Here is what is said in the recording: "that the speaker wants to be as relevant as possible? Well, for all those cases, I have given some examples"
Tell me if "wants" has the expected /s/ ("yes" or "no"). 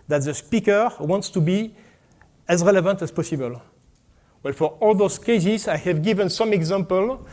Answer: yes